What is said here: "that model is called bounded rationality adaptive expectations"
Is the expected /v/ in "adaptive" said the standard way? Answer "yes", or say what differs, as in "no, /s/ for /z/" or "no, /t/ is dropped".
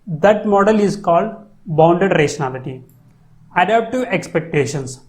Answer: no, /v/ is dropped